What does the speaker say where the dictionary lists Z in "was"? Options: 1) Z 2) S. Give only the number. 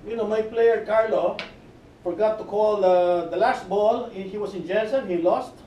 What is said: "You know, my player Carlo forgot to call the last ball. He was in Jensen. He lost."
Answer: 2